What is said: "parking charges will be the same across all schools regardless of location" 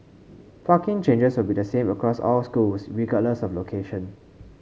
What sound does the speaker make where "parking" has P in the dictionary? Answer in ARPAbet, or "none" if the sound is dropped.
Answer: F